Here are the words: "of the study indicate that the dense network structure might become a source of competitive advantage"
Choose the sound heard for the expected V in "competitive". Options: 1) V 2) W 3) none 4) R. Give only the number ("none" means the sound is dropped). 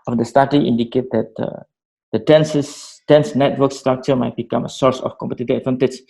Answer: 3